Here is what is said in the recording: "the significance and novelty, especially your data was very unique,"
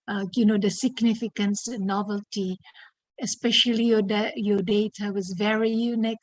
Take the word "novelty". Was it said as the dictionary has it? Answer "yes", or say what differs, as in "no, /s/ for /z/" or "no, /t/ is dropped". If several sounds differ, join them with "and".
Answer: yes